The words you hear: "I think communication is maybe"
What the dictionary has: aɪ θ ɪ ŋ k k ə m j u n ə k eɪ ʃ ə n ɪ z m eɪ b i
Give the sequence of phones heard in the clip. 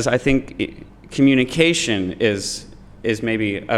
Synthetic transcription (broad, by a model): aɪ θ ɪ ŋ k k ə m j u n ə k eɪ ʃ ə n ɪ z m eɪ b i